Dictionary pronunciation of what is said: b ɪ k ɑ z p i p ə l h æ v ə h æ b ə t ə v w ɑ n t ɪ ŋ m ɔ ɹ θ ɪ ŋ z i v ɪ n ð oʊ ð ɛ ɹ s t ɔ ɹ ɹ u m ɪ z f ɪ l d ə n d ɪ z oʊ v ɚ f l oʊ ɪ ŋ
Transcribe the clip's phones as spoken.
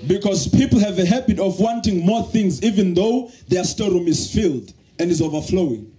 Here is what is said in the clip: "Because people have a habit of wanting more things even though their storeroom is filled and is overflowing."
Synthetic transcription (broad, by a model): b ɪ k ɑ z p i p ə l h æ v ə h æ b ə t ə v w ɑ n t ɪ ŋ m ɔ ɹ θ ɪ ŋ z i v ɪ n ð oʊ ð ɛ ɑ s t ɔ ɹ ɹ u m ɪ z f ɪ l d ə n d ɪ z oʊ v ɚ f l oʊ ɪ ŋ